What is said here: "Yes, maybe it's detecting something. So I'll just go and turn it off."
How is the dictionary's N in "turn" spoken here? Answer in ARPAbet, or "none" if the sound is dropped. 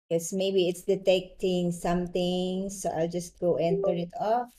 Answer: none